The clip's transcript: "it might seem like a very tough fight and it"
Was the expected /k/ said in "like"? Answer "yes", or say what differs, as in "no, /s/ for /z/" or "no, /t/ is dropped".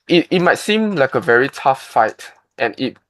yes